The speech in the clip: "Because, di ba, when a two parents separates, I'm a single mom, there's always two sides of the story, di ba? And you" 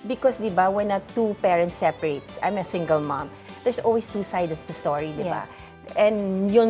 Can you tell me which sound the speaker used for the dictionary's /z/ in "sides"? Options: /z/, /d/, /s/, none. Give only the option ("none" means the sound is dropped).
none